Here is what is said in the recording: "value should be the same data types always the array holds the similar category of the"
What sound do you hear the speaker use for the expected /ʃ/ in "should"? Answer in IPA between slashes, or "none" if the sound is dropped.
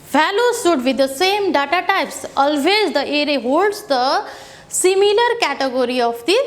/s/